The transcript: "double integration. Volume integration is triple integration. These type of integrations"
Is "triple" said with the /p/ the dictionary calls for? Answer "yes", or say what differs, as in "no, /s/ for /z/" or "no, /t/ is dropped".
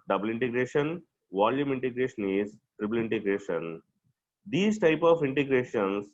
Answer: no, /b/ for /p/